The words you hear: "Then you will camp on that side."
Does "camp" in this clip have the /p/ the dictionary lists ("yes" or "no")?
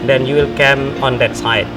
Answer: no